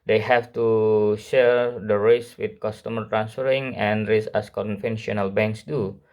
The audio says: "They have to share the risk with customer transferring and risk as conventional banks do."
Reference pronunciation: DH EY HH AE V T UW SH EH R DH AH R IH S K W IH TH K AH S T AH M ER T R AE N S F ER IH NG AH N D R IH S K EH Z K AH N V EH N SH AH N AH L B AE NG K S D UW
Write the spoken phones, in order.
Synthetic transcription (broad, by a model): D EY HH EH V T UW SH EH R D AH R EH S W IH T K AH S T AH M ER T R AE N S F ER IH NG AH N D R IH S EH S K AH N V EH N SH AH N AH L B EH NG K S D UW